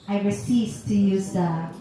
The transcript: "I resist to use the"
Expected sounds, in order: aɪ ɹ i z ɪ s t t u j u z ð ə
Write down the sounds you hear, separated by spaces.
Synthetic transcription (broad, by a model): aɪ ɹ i s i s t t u j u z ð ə